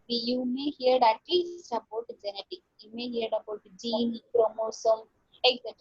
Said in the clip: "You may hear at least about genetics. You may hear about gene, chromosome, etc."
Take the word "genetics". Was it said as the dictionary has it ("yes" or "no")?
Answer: no